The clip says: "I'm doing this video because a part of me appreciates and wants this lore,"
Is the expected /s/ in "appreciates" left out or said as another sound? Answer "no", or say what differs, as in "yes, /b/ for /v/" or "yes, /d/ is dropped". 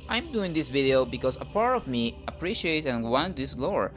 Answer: yes, /s/ is dropped